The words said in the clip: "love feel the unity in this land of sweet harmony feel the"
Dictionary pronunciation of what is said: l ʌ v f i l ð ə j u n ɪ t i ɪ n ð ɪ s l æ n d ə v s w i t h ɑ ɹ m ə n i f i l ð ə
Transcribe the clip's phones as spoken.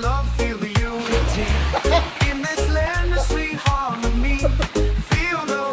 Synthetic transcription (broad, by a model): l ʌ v f i l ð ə j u ɪ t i ɪ n ð ɪ s l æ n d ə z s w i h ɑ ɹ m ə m i f i l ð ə